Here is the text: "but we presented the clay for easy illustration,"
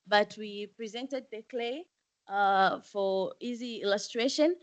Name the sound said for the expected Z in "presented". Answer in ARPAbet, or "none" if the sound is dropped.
Z